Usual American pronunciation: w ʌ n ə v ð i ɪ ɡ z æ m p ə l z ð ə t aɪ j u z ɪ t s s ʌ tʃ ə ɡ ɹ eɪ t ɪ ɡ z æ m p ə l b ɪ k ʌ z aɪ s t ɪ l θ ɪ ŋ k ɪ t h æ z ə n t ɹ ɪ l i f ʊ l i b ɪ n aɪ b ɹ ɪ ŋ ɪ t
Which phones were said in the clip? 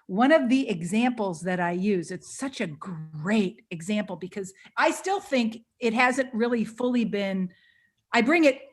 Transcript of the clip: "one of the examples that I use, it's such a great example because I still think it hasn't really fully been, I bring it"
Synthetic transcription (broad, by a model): w ʌ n ə v ð i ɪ ɡ z æ m p l z ð ə t aɪ j u z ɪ t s s ʌ tʃ ə ɡ ɹ eɪ t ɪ ɡ z æ m p l b ɪ k ʌ z aɪ s t ɪ l θ ɪ ŋ k ɪ t h æ z ə n t ɹ ɪ l i f ʊ l i b ɪ n aɪ b ɹ ɪ ŋ ɪ t